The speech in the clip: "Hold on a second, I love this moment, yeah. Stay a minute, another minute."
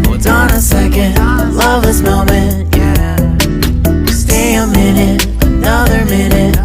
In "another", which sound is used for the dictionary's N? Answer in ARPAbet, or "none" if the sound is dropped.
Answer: N